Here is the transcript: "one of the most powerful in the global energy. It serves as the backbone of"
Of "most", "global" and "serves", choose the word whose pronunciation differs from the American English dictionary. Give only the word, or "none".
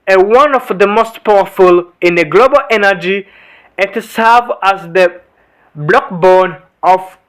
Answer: serves